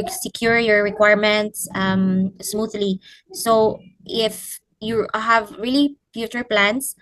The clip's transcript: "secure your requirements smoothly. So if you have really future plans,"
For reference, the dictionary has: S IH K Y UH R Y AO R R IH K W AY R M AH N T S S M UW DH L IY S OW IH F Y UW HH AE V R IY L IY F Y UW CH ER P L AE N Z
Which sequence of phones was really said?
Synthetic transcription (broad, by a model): S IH K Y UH R Y AO R R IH K W AY R M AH N T S S M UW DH L IY S OW IH F Y UW HH AE V R IY L IY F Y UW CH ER P L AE N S